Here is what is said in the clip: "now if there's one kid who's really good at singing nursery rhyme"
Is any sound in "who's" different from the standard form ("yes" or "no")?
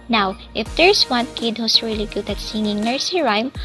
yes